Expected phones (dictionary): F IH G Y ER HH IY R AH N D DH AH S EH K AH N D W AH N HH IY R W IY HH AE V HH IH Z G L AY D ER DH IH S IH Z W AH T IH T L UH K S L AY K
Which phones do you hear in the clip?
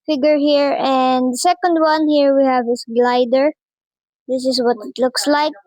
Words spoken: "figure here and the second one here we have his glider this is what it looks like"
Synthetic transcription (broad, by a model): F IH G Y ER HH IY R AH N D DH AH S EH K AH N D W AH N HH IY R W IY HH AE V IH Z G L AY D ER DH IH S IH S W AH T IH T L UH K S L AY K